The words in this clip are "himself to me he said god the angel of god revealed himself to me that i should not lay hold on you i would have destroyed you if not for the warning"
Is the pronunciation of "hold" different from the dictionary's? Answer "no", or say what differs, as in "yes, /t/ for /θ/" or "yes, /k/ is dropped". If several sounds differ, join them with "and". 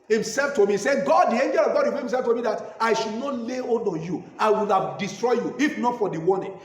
yes, /l/ is dropped